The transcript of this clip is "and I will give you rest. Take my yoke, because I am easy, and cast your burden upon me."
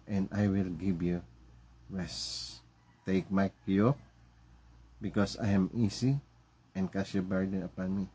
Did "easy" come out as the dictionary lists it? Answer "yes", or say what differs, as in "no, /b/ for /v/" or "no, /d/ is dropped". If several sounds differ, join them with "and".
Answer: no, /s/ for /z/